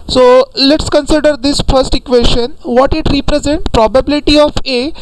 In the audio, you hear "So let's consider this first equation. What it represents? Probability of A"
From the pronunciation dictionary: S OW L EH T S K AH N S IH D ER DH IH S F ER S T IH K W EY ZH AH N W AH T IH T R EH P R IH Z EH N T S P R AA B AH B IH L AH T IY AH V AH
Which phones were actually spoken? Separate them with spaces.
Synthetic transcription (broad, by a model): S OW L EH T S K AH N S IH D ER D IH S F ER S T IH K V EY SH AH N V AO T IH T R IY P R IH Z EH N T P R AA B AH B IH L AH T IY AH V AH